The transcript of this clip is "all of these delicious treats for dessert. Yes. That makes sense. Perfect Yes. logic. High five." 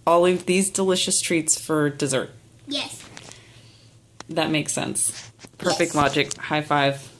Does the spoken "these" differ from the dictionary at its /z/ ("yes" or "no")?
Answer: no